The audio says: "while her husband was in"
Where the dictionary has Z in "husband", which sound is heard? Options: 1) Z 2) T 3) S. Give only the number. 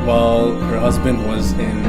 1